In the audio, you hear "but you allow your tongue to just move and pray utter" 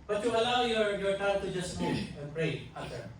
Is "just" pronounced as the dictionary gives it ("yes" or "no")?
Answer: yes